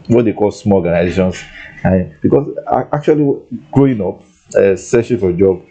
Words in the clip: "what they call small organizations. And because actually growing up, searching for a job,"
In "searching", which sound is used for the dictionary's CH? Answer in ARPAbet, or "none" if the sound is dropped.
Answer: S